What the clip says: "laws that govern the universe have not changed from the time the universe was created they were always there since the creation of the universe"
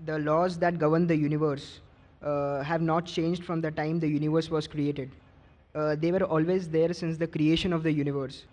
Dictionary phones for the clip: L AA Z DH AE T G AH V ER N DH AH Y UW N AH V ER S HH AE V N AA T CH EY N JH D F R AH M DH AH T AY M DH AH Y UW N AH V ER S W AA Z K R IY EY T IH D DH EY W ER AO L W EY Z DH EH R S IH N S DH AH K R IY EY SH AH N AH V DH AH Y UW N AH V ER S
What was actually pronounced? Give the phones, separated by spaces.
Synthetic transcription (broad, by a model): L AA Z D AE T G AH V ER N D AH Y UW N AH V ER S HH AE V N AA T CH EY N JH D F R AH M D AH T AY M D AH Y UW N AH V ER S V AA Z K R IY EY T IH D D EY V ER AO L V EY Z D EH R S IH N S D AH K R IY EY SH AH N AH V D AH Y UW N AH V ER S